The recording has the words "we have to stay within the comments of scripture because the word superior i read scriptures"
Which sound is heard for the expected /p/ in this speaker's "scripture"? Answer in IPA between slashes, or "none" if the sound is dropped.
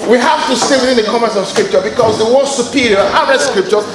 /p/